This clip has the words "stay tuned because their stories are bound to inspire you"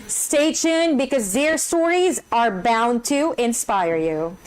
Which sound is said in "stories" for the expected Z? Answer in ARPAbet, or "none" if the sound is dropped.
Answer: Z